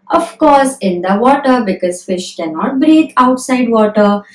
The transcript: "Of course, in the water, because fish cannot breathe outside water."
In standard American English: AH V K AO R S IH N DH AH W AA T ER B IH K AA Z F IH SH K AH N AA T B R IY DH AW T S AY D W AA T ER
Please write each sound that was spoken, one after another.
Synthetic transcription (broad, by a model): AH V K AO R S IH N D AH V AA T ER B IH K AA Z F IH SH K AH N AA T B R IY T AW T S AY D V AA T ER